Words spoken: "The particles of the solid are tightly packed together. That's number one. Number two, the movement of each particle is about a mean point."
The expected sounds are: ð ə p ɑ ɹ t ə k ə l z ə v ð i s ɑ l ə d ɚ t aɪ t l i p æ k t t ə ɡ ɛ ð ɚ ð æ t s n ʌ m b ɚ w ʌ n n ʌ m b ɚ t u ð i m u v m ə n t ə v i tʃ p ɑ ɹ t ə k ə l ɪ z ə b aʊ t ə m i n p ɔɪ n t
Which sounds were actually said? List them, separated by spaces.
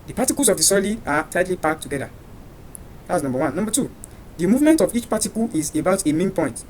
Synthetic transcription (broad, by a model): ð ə p ɑ t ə k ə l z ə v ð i s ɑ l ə ɑ t aɪ t l i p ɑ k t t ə ɡ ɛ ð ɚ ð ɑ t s n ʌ m b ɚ w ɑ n n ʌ m b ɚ t u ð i m u v m ə n t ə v i tʃ p ɑ t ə k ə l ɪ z ə b aʊ t ə m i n p ɔɪ n t